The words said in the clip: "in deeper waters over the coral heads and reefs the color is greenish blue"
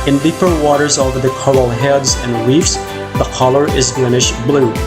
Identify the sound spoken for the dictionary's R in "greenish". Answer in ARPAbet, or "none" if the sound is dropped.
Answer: L